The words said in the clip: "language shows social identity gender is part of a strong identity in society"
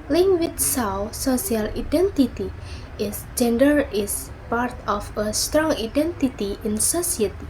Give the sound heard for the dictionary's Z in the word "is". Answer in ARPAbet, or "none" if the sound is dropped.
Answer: S